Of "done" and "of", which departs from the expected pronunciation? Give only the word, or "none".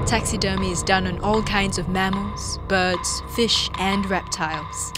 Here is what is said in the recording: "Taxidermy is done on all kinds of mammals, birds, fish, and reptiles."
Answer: none